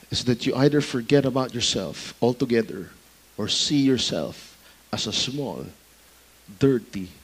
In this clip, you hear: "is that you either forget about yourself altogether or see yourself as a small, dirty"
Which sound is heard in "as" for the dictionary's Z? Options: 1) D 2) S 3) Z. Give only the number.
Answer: 2